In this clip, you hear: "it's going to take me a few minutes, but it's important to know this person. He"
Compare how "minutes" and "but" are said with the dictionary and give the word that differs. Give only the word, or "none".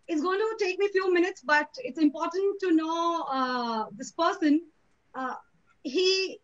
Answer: none